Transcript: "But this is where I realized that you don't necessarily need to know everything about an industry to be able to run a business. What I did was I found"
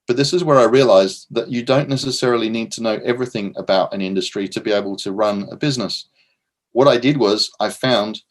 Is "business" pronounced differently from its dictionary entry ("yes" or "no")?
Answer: no